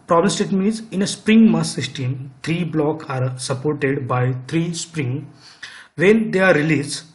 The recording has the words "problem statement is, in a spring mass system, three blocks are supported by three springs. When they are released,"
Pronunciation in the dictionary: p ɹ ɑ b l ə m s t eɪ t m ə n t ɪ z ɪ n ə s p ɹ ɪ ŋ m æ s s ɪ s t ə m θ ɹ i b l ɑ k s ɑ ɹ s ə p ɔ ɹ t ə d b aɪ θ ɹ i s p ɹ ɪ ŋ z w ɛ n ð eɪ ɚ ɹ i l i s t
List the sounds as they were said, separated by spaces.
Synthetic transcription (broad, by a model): p ɹ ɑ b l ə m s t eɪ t m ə t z ɪ n ə s p ɹ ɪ ŋ m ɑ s s ɪ s t ə m t ɹ i b l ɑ k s ɑ ɹ s ə p ɔ ɹ t ə d b aɪ t ɹ i s p ɹ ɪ ŋ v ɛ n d eɪ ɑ ɹ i l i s